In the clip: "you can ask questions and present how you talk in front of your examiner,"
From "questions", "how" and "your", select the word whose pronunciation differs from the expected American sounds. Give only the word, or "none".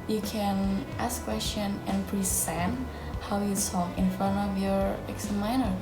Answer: questions